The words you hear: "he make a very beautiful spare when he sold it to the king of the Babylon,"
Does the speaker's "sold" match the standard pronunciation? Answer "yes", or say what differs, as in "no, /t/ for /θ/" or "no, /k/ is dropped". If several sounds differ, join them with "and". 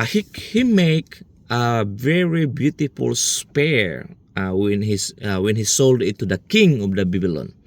yes